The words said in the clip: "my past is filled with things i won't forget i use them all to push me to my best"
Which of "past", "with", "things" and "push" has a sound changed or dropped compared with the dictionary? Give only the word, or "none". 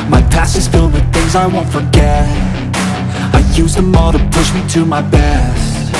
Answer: past